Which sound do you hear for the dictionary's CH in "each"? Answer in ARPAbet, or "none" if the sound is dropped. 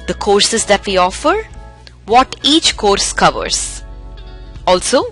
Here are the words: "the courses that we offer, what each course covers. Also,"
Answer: CH